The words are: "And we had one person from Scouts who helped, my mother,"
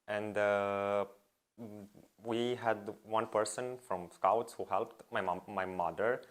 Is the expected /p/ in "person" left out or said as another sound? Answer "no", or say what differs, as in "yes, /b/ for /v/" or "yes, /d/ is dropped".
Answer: no